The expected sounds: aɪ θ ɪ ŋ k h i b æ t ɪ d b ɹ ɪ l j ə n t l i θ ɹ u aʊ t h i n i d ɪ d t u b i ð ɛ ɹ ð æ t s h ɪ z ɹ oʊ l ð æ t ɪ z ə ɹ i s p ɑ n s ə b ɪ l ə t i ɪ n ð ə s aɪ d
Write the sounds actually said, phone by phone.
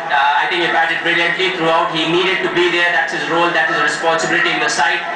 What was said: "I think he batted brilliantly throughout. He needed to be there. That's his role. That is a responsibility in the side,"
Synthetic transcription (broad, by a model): aɪ t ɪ ŋ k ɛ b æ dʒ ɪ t b ɹ ɪ l j ə n t l i t ɹ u aʊ t h i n i d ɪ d t u b i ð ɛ ɹ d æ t s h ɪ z ɹ oʊ l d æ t ɪ z ə ɹ i s p ɑ n s ə b ɪ l ə t i ɪ n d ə s aɪ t